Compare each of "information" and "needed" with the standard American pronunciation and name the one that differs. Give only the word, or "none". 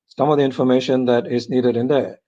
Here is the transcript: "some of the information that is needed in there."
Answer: none